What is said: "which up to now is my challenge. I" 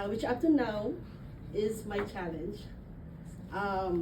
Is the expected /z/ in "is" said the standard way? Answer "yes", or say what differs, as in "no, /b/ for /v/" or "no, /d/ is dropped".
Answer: yes